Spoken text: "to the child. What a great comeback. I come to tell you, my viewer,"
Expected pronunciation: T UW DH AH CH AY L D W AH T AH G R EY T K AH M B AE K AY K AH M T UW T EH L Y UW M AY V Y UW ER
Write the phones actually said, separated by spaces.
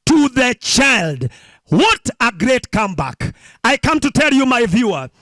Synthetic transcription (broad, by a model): T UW DH AH CH AY L D W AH T AH G R EY T K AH M B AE K AY K AH M T UW T EH L Y UW M AY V Y UW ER